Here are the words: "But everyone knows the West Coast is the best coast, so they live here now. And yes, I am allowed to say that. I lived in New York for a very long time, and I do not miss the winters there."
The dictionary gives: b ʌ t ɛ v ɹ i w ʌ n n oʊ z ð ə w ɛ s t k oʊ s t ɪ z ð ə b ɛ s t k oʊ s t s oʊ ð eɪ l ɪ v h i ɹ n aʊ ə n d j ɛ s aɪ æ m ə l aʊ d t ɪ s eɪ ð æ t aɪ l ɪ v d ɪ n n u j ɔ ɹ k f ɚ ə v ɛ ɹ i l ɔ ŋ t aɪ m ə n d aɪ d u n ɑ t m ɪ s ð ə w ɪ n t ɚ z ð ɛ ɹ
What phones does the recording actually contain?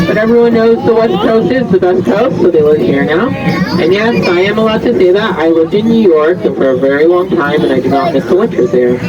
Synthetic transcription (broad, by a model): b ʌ t ɛ v ɹ i w ʌ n n oʊ z ð ə w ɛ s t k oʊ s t ɪ z ð ə b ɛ s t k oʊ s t s oʊ ð eɪ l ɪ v h i ɹ n aʊ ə n j ɛ s aɪ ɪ m ə l aʊ d t ɪ s eɪ ð æ t aɪ l ɪ v d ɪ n n u j ɔ ɹ k f ɚ ə v ɛ ɹ i l ɔ ŋ t aɪ m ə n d aɪ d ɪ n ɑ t m ɪ s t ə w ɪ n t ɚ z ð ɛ ɹ